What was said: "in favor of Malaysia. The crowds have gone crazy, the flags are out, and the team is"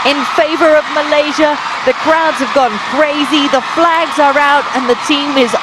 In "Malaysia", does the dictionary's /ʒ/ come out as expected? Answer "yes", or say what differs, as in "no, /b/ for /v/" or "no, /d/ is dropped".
yes